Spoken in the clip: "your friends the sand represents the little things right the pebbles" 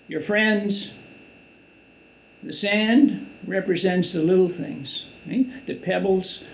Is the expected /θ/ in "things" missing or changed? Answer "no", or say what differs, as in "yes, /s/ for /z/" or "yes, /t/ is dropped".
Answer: no